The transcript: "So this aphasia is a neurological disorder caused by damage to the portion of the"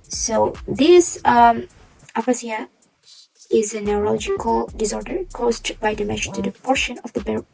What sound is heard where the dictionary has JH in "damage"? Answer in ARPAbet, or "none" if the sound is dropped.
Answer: SH